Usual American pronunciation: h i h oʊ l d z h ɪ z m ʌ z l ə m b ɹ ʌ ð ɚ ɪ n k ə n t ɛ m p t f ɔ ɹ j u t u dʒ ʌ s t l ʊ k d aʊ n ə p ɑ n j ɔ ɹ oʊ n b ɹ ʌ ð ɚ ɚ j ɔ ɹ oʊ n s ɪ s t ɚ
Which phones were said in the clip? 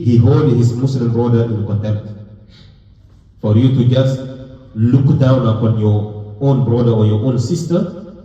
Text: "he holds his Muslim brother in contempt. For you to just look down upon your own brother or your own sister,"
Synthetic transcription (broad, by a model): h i h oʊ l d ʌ h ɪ s m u s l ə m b ɹ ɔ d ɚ ɪ n k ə n t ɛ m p t f ɔ ɹ j u t u dʒ ʌ s t l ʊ k d aʊ n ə f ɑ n j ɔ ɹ oʊ n b ɹ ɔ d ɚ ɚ j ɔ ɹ oʊ n s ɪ s t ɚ